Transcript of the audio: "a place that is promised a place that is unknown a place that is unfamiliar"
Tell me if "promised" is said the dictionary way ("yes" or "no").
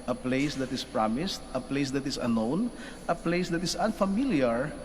yes